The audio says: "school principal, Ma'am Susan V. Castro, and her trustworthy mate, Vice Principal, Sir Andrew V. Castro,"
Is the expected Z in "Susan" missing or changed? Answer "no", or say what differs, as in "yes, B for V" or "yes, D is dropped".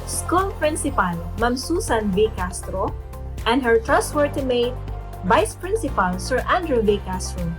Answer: yes, S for Z